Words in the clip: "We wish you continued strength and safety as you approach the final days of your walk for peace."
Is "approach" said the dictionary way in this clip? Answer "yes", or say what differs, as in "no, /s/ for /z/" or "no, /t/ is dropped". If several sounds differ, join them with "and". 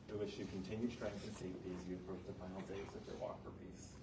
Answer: no, /p/ is dropped